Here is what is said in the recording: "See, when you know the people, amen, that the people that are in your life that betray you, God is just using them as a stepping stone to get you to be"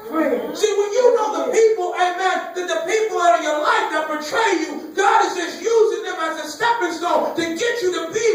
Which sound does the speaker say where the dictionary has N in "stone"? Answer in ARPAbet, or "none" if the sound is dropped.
L